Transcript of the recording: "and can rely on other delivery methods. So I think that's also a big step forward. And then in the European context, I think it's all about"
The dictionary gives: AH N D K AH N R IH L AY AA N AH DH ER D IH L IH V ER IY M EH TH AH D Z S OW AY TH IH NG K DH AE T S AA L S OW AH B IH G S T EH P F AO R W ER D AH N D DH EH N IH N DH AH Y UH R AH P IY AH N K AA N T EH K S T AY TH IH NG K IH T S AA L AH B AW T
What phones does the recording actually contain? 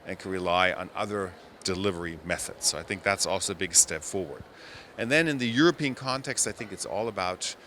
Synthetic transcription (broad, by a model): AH N K AH N R IH L AY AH N AH DH ER D IH L IH V ER IY M EH TH AH D Z S OW AY TH IH NG K DH AE T S AA L S OW AH B IH G S T EH P F AO R W ER D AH N DH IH N IH N DH AH Y UH R AH P IY AH N K AA N T EH K S T AY TH IH NG K IH T S AA L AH B AW T